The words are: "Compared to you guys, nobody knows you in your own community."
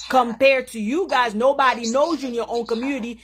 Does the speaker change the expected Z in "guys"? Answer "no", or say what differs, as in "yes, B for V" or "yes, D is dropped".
no